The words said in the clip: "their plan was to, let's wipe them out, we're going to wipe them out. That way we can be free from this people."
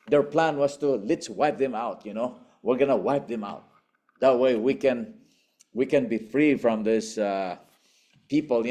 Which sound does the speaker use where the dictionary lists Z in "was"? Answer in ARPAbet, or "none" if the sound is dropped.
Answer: S